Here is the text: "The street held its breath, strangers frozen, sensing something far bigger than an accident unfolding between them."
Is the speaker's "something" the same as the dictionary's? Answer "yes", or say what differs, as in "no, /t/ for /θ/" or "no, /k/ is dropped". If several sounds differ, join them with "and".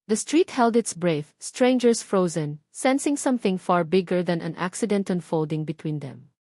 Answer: yes